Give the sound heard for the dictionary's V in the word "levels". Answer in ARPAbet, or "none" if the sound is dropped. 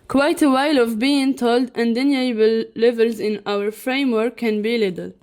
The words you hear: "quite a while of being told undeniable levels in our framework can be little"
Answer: V